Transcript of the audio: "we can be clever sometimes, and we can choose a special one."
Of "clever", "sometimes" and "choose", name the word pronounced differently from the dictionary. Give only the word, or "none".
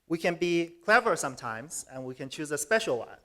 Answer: none